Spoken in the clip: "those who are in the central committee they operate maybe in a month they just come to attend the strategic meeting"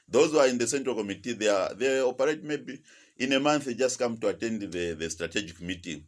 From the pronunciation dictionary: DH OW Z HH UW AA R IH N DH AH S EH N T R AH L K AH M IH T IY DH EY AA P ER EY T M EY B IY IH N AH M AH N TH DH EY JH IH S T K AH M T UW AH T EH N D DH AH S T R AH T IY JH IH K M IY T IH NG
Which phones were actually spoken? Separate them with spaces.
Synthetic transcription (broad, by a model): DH OW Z HH UW AA R IH N DH AH S EH N T R AH L K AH M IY T IY DH EY AA P ER EY T M EY B IY IH N AH M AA N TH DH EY JH IH S T K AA M T UW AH T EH N D DH AH S T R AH T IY JH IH K M IY T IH NG